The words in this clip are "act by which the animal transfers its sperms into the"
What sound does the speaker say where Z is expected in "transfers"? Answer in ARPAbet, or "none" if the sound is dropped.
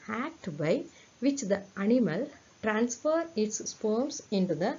none